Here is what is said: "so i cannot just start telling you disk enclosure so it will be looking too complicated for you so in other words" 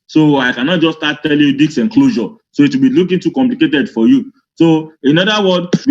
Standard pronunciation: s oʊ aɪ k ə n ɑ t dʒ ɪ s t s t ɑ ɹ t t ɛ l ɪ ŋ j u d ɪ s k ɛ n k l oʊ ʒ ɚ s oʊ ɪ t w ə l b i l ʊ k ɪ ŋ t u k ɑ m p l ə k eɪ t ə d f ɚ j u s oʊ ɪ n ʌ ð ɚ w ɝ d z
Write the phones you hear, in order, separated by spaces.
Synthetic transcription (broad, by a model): s oʊ aɪ k ə n ɑ t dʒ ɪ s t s t ɑ t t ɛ l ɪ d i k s ɛ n k l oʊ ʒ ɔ s oʊ ɪ t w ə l b i l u k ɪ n t u k ɑ m p l ə k eɪ t ə d f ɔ j u s oʊ ɪ n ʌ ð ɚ w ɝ d